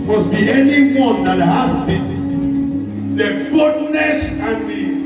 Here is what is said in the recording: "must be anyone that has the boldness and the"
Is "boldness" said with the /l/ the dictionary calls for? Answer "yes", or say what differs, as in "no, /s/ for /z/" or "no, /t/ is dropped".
no, /l/ is dropped